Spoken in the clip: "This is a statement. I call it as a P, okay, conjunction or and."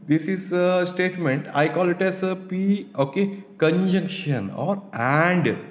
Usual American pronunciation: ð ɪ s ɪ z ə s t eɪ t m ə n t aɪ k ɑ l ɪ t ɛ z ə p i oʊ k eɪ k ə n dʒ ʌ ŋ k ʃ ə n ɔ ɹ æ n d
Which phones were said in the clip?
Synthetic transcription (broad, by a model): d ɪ s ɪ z ə s t eɪ t m ə n t aɪ k ɑ l ɪ t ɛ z ə p i oʊ k eɪ k ə n dʒ ʌ ŋ k ʃ ə n ɔ ɹ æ n d